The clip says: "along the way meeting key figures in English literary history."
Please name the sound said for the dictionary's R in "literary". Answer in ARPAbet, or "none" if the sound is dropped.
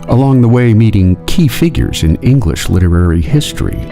R